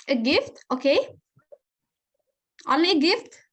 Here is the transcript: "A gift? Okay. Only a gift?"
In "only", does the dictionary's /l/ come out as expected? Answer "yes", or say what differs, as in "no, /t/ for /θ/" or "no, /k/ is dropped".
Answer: no, /l/ is dropped